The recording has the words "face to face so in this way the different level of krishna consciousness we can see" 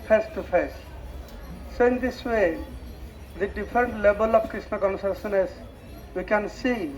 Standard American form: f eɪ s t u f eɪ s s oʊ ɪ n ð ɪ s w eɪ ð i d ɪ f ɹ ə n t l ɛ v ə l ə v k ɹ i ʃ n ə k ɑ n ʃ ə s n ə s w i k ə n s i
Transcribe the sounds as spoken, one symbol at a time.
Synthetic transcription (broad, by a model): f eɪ s t u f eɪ s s ɪ n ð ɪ s w eɪ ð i d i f ɹ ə n t l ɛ b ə l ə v k ɹ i s n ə k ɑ n s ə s n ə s w i k ə n s i